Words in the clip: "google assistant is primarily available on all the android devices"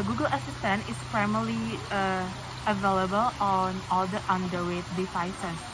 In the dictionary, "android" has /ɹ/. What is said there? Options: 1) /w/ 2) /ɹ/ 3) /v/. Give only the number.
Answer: 1